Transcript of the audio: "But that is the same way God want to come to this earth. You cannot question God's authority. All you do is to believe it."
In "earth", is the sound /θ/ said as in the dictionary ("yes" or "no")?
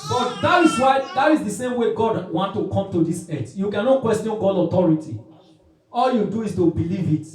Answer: no